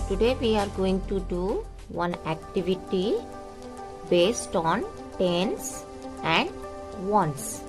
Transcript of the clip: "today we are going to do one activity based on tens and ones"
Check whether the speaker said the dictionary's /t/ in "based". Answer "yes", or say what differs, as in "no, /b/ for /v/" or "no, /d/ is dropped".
yes